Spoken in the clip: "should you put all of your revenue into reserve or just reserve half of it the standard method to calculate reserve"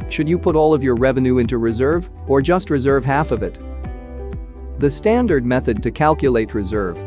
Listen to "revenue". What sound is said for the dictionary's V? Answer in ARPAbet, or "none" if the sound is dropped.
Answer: V